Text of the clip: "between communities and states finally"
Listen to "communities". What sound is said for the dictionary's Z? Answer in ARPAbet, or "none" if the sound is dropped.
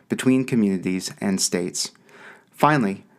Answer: Z